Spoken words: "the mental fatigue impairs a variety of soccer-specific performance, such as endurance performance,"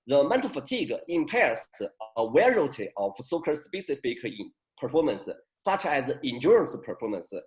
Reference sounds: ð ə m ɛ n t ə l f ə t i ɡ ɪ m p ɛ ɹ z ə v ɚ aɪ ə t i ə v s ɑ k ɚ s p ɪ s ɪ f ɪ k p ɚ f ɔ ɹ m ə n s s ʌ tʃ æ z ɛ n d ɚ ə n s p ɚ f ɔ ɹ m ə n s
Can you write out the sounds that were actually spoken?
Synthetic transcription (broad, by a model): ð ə m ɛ n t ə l f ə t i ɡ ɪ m p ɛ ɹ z ə w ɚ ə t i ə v s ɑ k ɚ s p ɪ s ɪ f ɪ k p ɚ f ɔ ɹ m ə n s s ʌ tʃ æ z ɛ n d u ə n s p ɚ f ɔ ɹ m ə n s